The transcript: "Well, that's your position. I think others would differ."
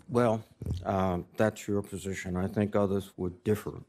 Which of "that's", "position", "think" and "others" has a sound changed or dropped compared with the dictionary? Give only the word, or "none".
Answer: none